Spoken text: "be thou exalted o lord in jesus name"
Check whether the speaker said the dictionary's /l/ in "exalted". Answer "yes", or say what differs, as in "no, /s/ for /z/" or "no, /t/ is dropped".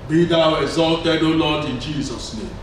yes